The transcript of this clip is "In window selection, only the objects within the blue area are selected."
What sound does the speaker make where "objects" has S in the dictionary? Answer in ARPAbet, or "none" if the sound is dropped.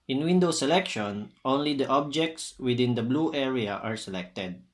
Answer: S